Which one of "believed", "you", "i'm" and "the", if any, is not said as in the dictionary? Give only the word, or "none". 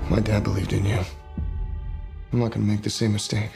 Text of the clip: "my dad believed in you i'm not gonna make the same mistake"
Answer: none